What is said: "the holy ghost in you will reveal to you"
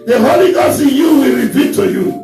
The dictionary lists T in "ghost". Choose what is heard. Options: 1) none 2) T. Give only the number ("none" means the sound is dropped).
1